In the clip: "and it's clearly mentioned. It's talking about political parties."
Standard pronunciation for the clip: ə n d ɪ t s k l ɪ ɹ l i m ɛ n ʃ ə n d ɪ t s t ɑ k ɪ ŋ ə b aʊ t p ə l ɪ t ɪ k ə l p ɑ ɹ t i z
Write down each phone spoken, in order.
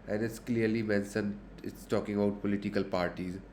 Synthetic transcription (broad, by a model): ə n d ɪ t s k l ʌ ɹ l i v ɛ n s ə n ɪ t s t ɑ k ɪ ŋ ə b aʊ t p ə l ɪ t ɪ k ə l p ɑ ɹ t i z